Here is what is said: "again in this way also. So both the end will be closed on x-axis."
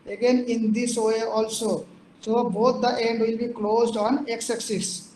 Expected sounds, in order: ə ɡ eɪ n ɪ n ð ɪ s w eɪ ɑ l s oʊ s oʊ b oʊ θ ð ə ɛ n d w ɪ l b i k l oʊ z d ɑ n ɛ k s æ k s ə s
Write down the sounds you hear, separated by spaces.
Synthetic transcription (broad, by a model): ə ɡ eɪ n ɪ n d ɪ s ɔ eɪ ɑ l s oʊ s oʊ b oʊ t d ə ɛ n d w ɪ l b i k l oʊ z d ɑ n ɛ k s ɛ k s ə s